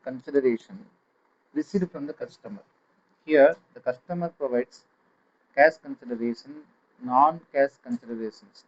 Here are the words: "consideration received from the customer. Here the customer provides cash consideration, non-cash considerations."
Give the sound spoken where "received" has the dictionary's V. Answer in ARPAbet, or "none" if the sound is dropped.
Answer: none